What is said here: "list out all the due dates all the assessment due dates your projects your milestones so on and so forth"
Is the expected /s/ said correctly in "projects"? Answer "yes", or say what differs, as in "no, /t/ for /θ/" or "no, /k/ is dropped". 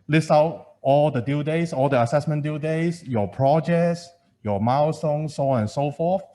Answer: yes